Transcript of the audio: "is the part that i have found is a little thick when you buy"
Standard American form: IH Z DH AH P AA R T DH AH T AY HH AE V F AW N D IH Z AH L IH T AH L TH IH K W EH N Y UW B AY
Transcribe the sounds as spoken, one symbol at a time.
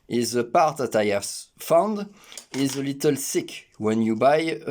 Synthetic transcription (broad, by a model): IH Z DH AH P AA R T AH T AY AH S F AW N D IH Z AH L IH T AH L S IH K W EH N Y UW B AY